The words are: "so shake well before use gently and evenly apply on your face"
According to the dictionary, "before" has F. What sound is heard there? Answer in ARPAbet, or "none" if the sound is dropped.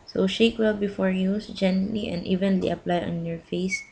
F